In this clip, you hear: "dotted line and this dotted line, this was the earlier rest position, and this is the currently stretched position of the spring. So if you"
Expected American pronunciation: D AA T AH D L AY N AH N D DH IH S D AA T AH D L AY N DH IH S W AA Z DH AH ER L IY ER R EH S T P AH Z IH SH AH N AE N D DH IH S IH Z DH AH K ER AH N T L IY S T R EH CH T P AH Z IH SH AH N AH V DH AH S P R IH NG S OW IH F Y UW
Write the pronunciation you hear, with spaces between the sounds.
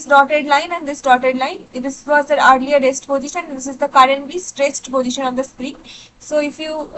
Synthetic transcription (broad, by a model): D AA T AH D L AY N AH N D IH S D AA T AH D L AY N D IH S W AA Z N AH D L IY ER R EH S T P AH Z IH SH AH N N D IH S IH Z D AH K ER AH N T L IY S T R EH S T P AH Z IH SH AH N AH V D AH S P R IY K S OW IH F Y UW